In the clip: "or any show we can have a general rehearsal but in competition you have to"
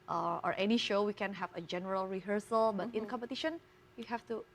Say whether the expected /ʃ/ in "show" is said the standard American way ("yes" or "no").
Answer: yes